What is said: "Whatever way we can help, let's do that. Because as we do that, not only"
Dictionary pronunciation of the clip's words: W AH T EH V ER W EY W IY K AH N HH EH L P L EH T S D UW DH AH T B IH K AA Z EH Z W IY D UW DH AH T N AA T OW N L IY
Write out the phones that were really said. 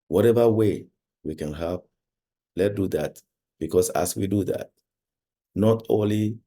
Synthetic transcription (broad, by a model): W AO T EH V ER W EY W IY K AH N HH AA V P L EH T D UW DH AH T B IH K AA S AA S W IY D UW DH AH T N AA T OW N L IY